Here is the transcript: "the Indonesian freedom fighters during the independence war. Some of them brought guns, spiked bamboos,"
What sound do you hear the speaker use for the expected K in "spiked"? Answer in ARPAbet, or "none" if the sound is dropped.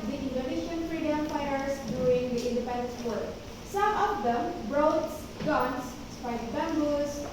none